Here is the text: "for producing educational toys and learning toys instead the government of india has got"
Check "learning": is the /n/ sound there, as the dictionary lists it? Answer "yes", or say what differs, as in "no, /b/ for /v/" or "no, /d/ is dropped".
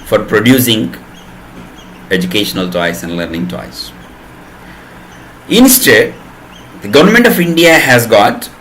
yes